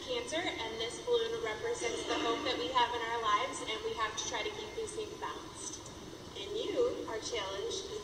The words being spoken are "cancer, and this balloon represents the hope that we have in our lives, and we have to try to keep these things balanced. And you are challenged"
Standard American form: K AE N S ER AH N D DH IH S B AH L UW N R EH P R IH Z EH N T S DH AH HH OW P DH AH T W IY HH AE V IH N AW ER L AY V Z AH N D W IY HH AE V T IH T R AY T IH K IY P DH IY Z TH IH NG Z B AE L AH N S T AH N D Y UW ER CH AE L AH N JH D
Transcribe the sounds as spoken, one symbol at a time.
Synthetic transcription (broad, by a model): K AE N S ER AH N DH IH S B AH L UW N R EH P R IH Z EH N T S DH AH HH OW P DH AH T W IY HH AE V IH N AW ER L AY V Z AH N W IY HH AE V T IH T R AY T IH K IY P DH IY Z S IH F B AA AH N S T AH N Y UW ER CH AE L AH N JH